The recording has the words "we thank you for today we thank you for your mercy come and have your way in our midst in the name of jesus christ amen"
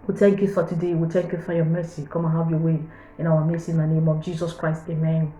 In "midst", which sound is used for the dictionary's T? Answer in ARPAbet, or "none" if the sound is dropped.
none